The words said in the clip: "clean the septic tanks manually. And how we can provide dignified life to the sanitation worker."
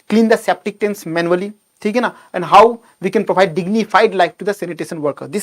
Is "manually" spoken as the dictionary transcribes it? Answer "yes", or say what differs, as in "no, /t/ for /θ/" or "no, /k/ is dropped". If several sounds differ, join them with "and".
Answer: no, /n/ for /l/